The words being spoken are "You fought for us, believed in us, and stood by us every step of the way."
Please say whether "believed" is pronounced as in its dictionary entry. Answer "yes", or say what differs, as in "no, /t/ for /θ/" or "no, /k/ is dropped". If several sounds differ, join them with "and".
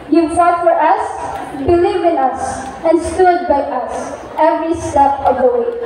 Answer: no, /d/ is dropped